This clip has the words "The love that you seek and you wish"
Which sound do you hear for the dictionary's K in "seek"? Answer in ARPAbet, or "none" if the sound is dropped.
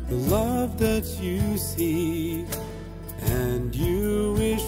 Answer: none